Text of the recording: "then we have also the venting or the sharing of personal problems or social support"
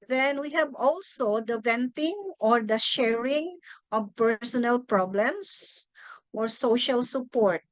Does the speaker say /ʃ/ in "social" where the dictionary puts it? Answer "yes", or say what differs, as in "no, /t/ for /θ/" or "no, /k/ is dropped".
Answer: yes